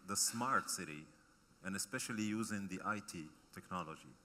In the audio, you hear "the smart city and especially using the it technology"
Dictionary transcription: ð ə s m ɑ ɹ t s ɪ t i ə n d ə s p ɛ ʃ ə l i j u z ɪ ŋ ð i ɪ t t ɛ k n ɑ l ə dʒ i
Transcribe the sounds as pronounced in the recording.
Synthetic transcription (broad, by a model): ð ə s m ɑ ɹ t s ɪ t i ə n ə s p ɛ ʃ ə l i j u z ɪ ŋ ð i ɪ t t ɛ k n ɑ l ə dʒ i